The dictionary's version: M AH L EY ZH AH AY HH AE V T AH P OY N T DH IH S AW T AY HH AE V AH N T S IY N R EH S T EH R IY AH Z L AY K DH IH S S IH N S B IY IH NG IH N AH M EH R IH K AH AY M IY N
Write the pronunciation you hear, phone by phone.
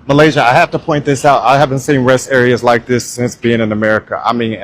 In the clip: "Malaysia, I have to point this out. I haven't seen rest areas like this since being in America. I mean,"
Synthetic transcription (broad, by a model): M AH L EY ZH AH AY HH AE F T AH P OY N DH IH S AW T AY HH AE V AH N T S IY N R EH S T EH R IY AH Z L AY K DH IH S S IH N S B IY IH NG IH N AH M EH R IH K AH AY M IY N